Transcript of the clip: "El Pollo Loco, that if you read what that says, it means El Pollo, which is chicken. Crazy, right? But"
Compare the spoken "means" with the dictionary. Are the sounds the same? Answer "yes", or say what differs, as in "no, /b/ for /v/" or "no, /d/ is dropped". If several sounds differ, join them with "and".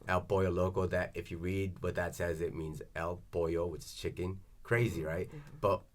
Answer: yes